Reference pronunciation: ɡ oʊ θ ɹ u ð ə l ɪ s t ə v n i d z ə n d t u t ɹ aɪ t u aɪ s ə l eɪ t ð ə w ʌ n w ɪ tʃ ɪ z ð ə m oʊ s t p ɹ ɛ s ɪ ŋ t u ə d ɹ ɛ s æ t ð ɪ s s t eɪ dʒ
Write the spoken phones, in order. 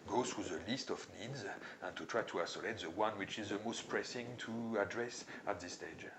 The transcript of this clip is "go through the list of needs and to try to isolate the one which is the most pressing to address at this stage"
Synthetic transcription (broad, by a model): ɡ oʊ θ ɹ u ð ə l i s t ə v n i d z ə n t u t ɹ aɪ t u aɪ s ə l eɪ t ð ə w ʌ n w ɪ tʃ ɪ z ð ə m oʊ s t p ɹ ɛ s ɪ ŋ t u ə d ɹ ɛ s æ t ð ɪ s s t eɪ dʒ